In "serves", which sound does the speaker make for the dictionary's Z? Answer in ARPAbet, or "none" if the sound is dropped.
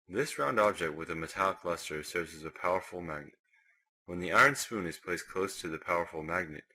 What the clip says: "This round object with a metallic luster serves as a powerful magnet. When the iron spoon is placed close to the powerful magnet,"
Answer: Z